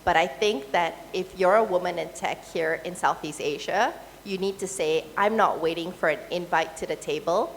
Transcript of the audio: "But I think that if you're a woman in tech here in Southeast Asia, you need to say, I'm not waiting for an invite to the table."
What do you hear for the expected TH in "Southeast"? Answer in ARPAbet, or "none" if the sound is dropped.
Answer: TH